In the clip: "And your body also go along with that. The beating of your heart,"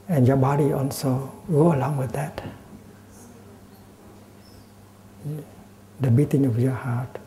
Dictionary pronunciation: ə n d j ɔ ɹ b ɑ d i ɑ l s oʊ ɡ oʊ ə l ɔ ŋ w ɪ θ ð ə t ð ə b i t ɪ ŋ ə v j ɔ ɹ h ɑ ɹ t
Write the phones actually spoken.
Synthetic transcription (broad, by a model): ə n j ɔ b ɑ d i ɑ l s oʊ ɡ oʊ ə l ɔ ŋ w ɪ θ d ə t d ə b i t ɪ ŋ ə f j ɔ h ɑ t